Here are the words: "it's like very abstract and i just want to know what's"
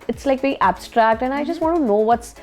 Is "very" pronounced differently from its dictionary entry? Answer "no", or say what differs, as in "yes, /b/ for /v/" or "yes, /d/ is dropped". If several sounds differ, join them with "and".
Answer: yes, /b/ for /v/